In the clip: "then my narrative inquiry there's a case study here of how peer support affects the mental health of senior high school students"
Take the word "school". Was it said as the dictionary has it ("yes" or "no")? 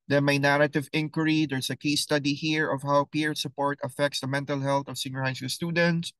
no